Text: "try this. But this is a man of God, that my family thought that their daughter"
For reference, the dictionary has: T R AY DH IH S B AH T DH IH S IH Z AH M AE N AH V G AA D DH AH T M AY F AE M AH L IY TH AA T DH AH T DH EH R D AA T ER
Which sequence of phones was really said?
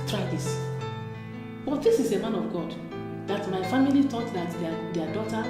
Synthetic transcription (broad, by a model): T R AY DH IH S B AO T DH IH S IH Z AH M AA N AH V G AA D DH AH T M AY F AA M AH L IY T AA T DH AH T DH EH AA D AA T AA